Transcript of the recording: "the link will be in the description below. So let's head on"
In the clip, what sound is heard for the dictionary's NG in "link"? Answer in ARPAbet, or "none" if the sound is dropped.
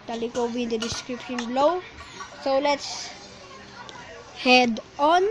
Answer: none